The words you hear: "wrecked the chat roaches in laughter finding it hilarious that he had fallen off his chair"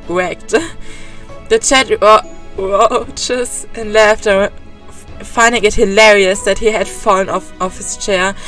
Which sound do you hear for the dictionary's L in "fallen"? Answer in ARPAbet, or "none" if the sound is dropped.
none